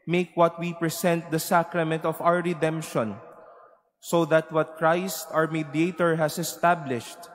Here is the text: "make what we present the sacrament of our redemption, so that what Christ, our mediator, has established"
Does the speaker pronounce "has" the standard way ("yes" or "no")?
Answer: no